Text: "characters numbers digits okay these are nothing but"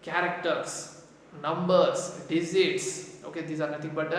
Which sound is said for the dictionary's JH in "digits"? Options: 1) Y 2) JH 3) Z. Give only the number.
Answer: 3